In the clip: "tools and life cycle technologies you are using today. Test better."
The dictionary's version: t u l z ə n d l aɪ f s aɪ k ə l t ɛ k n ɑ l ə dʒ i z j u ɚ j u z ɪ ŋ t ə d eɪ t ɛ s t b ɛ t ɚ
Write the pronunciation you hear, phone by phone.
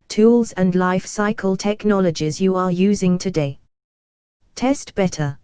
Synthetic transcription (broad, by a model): t u l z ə n l aɪ f s aɪ k ə l t ɛ k n ɑ l ə dʒ i z j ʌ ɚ j u z ɪ ŋ t ə d eɪ t ɛ s t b ɛ t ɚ